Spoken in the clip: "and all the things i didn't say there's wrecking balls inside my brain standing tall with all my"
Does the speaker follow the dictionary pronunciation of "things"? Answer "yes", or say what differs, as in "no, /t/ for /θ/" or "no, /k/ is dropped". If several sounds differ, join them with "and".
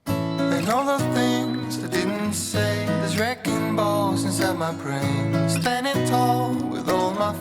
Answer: yes